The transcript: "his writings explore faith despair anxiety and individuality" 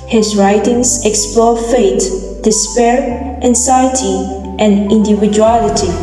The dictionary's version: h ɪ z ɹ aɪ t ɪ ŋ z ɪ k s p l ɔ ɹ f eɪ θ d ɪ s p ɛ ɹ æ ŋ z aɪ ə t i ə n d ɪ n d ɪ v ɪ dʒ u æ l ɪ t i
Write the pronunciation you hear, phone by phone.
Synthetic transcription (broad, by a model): h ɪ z ɹ aɪ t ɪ ŋ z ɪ k s p l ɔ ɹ f eɪ t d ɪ s p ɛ ɹ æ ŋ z aɪ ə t i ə n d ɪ n d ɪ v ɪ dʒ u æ l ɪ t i